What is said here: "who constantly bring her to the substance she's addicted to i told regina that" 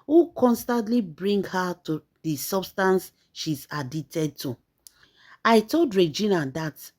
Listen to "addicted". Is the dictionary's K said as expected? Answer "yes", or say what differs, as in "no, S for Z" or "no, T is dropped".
no, K is dropped